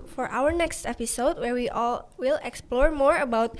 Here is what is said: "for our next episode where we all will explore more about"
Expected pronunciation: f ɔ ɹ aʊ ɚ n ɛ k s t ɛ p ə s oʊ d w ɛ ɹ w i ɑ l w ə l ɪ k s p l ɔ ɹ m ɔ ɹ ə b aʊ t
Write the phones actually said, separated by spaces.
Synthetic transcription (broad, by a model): f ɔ ɹ aʊ ɚ n ɛ k s t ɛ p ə s oʊ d w ɛ ɹ w i ɑ l w ə l ɪ k s p l ɔ ɹ m ɔ ɹ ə b aʊ t